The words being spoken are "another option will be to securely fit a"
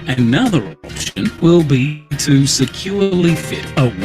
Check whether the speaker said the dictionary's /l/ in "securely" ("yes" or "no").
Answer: yes